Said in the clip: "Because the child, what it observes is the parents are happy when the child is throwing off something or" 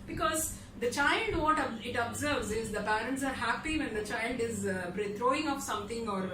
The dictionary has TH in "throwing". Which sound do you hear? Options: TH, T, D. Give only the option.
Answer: T